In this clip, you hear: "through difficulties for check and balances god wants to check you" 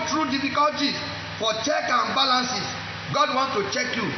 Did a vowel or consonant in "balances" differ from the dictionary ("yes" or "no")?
yes